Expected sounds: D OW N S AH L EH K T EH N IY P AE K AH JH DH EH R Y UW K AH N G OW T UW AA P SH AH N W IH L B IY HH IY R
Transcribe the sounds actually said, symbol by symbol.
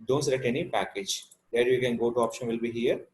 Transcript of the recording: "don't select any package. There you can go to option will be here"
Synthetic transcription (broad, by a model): D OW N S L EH T EH N IY P AE K AH JH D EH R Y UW K AH N G OW T UW AA P SH AH N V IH L B IY HH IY R